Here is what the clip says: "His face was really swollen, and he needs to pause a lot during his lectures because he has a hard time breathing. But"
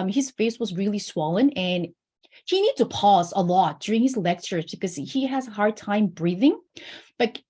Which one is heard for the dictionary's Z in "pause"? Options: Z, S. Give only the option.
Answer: Z